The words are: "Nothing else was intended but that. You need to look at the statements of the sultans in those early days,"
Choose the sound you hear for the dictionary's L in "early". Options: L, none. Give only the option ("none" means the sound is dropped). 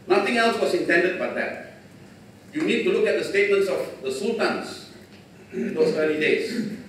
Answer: none